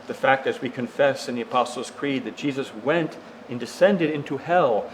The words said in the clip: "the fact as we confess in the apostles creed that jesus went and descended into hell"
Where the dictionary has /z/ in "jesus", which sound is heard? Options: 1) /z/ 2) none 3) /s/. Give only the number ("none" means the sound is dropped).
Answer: 1